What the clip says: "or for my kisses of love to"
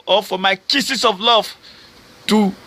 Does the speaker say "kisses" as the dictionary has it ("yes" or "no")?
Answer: no